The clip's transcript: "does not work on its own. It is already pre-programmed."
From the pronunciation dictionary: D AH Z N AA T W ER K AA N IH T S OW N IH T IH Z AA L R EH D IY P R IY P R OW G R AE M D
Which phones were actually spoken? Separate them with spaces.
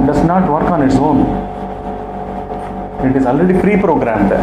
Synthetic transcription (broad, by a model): D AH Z N AA T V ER K AA N IH T S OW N IH T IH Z AA L R EH D IY F R IY P R OW G R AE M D